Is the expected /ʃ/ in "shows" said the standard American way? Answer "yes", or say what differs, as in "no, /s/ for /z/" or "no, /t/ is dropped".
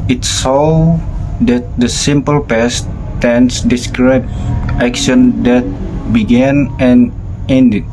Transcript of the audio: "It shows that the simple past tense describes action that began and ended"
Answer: no, /s/ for /ʃ/